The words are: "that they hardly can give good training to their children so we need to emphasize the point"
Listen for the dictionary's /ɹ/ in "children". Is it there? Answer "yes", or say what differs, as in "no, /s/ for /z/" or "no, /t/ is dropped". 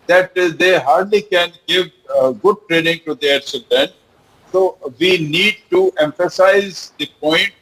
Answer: no, /ɹ/ is dropped